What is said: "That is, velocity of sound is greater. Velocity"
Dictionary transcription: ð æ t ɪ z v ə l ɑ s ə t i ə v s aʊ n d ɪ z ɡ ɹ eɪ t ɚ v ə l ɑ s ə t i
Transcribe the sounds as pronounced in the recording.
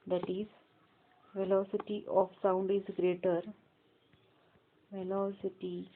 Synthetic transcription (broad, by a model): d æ t ɪ z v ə l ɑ s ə t i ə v s aʊ n d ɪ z ɡ ɹ eɪ t ɚ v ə l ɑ s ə t i